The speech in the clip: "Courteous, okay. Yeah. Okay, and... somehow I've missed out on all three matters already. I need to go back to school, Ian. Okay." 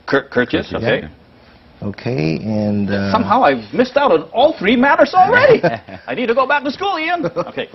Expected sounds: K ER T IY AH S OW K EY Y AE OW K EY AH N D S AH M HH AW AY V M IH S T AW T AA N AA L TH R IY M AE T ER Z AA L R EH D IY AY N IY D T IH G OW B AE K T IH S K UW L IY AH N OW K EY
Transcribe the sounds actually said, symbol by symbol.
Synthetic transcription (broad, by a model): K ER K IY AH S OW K EY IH OW K EY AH N S AH M HH AW AY V M IH S T AW T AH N AA L TH R IY M AE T ER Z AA L R EH D IY AY N IY D T IH G OW B AE K T IH S K UW L IY AH N OW K EY